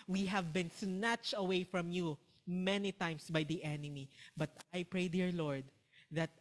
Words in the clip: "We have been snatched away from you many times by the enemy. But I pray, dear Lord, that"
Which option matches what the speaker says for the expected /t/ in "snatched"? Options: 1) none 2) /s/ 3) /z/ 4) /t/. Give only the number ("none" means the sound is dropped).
4